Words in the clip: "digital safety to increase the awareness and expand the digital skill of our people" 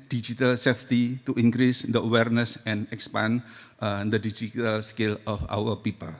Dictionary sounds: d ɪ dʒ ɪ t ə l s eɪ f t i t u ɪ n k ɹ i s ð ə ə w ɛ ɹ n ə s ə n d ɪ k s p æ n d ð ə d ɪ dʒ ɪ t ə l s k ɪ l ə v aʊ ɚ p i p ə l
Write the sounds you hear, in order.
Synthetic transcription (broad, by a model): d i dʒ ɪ t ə l s eɪ f t i t u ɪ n k ɹ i s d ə ə w ɛ ɹ n ə s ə n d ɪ k s p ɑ n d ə d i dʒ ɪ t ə l s k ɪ l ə f aʊ ɚ p i p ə l